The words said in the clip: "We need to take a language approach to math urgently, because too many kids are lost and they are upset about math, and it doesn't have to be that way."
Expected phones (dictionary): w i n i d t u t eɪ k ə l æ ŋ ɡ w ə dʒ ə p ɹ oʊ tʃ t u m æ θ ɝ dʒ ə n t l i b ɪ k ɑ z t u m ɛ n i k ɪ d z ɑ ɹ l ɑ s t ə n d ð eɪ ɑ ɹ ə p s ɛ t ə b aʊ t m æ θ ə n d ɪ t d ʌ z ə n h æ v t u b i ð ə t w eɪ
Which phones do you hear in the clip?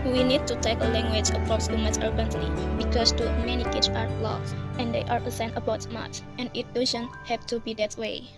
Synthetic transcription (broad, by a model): w i n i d t u t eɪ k ə l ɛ ŋ ɡ w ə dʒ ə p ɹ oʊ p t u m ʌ s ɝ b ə n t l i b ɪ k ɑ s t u m ɛ n i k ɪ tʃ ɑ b l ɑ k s ə n d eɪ ɑ ɹ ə s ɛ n ə b aʊ t m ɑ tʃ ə n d ɪ t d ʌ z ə n h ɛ p t u b i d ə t w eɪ